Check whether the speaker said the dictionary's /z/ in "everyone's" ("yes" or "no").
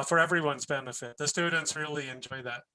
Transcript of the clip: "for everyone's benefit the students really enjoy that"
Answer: yes